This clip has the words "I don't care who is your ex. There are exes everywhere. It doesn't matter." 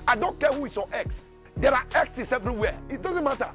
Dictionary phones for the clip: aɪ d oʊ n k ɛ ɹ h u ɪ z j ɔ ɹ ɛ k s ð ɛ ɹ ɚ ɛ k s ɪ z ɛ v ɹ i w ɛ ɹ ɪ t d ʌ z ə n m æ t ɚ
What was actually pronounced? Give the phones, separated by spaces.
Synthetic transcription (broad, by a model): aɪ d oʊ n k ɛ h u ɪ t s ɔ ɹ ɛ k s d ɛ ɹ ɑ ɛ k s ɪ s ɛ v ɹ i w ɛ ɪ t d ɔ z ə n m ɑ t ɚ